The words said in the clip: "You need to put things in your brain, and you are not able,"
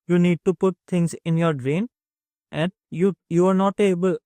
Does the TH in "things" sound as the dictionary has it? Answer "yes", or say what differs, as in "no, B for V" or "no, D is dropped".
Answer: no, T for TH